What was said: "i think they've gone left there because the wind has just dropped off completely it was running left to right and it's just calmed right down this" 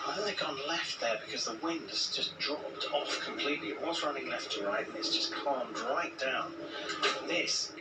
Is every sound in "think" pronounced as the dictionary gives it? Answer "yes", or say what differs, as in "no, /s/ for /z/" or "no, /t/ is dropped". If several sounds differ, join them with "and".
no, /ŋ/ is dropped